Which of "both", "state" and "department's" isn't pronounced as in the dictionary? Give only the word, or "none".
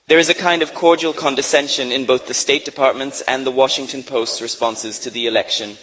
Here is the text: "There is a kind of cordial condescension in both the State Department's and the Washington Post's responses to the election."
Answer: none